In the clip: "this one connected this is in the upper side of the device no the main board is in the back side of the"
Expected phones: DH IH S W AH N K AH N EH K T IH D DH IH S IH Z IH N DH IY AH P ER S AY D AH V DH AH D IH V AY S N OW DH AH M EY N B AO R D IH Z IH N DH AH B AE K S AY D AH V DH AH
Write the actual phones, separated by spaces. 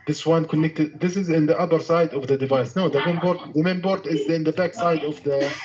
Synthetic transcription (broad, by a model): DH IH S W AH N K AH N EH K T IH D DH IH S IH Z IH N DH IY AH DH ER S AY D AH V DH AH D IH V AY S N OW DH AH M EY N B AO R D IH Z IH N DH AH B AE K S AY D AH V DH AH